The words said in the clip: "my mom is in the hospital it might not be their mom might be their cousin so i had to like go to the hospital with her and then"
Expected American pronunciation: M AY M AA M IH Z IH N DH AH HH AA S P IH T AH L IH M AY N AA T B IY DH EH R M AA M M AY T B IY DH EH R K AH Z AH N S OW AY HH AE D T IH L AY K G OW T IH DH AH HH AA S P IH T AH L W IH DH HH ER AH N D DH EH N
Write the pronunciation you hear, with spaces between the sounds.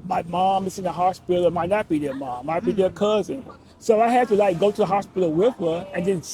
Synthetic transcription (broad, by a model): M AY M AA M IH Z IH N DH AH HH AA S P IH T L M AY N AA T B IY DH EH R M AA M M AY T B IY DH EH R K AH Z AH N S OW AY HH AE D T IH L AY K G OW T IH DH AH HH AA S P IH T L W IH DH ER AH N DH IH N